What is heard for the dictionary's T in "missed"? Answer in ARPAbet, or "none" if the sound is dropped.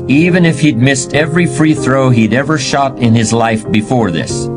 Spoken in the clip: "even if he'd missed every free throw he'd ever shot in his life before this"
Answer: T